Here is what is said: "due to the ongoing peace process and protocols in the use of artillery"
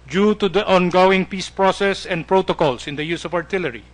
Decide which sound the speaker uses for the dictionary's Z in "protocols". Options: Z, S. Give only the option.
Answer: S